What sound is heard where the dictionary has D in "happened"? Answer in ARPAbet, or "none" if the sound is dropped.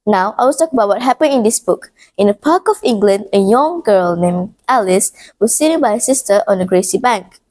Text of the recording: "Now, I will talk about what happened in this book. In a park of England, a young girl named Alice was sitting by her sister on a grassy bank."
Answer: none